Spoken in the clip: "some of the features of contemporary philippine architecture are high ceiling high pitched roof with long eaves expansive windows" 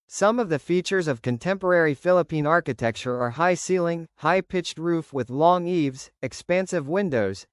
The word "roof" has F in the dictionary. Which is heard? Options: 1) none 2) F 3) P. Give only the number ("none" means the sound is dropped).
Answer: 2